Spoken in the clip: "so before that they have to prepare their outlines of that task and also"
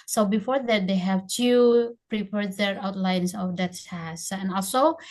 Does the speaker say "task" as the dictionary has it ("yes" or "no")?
no